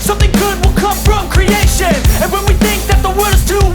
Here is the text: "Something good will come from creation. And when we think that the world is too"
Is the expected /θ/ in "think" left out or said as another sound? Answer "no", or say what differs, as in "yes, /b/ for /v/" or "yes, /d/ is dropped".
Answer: no